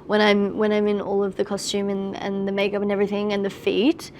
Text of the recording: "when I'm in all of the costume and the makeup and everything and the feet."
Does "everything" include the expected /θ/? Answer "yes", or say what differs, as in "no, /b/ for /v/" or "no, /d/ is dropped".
yes